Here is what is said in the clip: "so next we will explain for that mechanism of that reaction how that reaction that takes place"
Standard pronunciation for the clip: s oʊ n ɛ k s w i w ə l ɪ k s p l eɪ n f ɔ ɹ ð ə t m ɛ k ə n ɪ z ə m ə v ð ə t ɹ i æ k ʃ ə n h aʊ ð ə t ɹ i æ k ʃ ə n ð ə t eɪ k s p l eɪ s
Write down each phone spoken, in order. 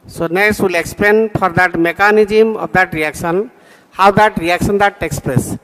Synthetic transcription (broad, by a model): s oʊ n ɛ s w i l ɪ k s p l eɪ n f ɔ ɹ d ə t m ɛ k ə n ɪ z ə m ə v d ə t ɹ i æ k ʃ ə n h aʊ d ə t ɹ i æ k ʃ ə n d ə t eɪ k s p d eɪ s